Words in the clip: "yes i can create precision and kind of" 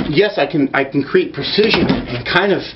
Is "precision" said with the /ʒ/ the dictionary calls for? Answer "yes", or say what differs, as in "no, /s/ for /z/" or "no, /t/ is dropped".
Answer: yes